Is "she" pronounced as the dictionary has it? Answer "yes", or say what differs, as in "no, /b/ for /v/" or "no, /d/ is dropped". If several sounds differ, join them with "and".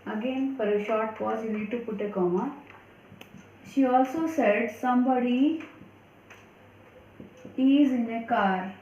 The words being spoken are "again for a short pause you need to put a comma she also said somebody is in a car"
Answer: yes